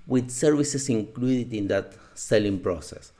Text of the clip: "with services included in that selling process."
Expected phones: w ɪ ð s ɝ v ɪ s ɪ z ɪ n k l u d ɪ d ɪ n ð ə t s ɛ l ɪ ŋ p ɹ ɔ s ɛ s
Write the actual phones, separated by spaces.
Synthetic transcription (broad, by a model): w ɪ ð s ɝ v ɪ s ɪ s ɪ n k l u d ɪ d ɪ n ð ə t s ɛ l ɪ ŋ p ɹ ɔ s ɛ s